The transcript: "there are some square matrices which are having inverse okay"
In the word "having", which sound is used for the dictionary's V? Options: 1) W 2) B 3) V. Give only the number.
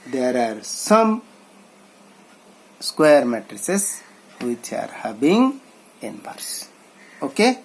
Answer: 2